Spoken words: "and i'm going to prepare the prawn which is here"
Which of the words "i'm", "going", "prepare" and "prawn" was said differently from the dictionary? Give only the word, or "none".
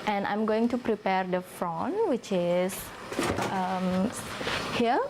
prawn